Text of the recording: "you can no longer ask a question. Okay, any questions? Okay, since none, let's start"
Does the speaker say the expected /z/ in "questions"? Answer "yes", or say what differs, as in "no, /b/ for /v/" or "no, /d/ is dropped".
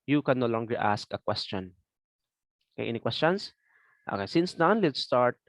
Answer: no, /s/ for /z/